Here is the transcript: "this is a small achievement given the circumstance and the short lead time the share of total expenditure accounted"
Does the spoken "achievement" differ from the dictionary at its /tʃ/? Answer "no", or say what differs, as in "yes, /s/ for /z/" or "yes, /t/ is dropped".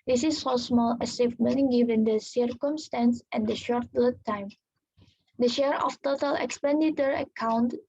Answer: yes, /s/ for /tʃ/